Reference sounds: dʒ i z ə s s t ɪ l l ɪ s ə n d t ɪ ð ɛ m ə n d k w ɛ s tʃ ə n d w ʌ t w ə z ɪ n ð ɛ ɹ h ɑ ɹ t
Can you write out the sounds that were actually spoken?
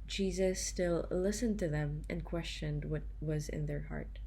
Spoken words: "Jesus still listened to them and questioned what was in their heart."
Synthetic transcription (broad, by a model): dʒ i z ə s s t ɪ l l ɪ s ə n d t ɪ ð ɛ m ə n k w ɛ s tʃ ə n d w ʌ t w ə z ɪ n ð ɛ ɹ h ɑ ɹ t